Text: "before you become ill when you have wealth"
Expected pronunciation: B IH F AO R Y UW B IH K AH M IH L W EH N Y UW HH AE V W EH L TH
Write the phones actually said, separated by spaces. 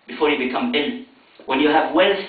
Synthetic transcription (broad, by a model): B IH F AO R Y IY B IH K AH M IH N W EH N Y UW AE V W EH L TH